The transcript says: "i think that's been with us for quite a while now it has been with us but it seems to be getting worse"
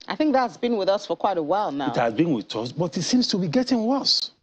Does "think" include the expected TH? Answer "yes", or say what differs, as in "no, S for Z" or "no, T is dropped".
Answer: yes